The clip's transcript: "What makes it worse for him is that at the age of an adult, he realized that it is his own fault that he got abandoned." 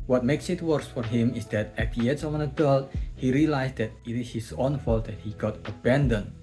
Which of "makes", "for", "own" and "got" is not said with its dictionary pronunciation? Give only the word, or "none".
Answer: none